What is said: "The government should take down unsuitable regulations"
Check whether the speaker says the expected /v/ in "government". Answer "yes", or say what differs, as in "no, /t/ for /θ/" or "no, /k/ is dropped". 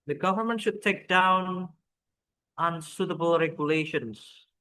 yes